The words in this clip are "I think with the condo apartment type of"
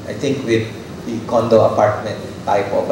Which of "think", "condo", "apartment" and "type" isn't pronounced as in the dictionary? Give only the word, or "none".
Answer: think